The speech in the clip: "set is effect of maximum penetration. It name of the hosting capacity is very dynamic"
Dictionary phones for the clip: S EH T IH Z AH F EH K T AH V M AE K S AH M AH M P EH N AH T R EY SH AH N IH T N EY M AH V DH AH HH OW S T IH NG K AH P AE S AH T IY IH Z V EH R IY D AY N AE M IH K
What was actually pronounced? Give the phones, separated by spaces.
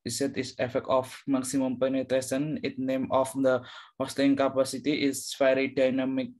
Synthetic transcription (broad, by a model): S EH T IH S AH F EH K T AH F M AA K S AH M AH M P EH N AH T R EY S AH N IH T N EY M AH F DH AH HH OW S T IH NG K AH P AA S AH T IY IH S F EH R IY D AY N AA M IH K